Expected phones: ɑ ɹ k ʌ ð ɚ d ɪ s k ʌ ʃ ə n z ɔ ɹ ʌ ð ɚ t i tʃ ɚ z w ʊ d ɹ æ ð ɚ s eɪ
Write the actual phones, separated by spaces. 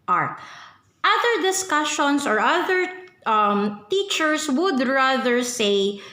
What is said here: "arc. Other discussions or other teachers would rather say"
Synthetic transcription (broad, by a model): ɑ ɹ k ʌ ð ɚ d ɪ s k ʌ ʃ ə n s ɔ ɹ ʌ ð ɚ t i tʃ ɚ s w ʊ d ɹ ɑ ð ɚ s eɪ